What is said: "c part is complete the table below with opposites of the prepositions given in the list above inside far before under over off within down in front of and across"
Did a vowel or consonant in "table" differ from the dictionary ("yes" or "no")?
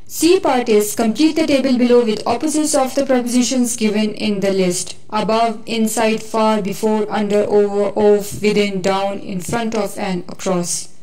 no